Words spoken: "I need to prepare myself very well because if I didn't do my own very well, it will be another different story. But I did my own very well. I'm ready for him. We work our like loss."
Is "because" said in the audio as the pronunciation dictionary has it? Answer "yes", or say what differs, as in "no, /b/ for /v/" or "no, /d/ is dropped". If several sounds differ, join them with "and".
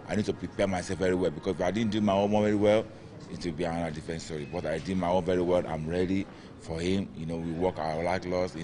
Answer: no, /s/ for /z/